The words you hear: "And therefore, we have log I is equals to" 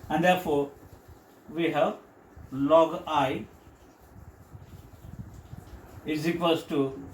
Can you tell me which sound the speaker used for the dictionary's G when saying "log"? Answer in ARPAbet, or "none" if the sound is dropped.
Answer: G